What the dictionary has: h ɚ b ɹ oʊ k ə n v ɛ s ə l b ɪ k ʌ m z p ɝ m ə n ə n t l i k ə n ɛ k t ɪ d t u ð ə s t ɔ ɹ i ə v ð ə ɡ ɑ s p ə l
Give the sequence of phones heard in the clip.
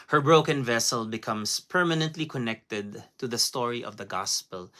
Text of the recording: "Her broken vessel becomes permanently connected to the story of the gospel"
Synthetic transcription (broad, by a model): h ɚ b ɹ oʊ k ə n v ɛ s ə l b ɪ k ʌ m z p ɝ m ə n ə n t l i k ə n ɛ k t ɪ d t u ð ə s t ɔ ɹ i ə v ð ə ɡ ɑ s p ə l